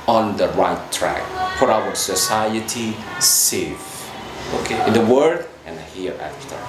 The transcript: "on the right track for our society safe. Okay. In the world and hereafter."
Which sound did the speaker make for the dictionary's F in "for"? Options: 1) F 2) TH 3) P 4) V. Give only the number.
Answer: 3